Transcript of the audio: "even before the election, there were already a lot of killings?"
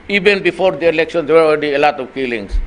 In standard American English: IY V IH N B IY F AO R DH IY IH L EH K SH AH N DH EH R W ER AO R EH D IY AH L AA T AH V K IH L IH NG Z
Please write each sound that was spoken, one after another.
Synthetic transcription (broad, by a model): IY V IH N B IY F AO R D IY IH L EH K SH AH N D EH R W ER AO L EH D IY AH L AA T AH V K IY L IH NG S